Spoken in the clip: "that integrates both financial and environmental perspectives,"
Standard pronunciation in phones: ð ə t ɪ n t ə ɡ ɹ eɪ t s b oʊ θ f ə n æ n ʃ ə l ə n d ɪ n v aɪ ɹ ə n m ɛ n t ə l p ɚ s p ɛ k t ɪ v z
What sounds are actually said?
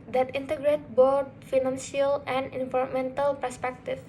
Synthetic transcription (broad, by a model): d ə t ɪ n t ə ɡ ɹ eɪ t b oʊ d f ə n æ n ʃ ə l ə n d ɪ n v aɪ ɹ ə m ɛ n t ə l p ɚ s p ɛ k t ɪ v